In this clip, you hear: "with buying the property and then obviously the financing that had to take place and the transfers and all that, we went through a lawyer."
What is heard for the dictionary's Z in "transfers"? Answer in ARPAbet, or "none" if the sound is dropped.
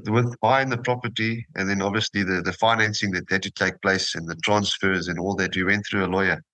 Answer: Z